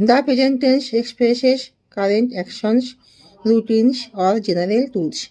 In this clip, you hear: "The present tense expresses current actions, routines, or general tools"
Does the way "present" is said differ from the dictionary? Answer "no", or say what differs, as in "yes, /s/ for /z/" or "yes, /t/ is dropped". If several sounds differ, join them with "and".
yes, /ɹ/ is dropped